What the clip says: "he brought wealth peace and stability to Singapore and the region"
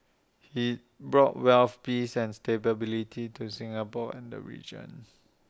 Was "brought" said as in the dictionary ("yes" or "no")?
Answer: yes